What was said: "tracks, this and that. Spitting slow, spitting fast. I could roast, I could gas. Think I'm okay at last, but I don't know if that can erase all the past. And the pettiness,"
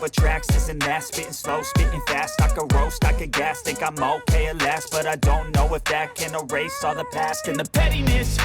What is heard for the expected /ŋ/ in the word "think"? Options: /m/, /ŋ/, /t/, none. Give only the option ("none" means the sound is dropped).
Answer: none